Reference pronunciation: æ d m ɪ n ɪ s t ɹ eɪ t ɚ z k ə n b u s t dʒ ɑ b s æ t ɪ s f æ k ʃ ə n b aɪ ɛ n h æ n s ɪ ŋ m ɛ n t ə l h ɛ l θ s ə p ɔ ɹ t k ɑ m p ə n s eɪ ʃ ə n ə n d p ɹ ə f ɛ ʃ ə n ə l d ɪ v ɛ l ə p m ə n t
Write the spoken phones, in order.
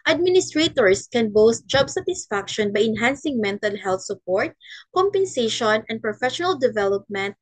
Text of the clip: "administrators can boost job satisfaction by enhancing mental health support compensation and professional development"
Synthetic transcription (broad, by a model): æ d m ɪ n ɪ s t ɹ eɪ t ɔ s k ə n b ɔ s t dʒ ɑ b s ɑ t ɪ s f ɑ k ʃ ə n b aɪ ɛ n h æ n s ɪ ŋ m ɛ n t ə l h ɛ l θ s ə p ɔ ɹ t k ɑ m p ə n s eɪ ʃ ə n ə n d p ɹ ə f ɛ ʃ ə n ə l d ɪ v ɛ l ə p m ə n t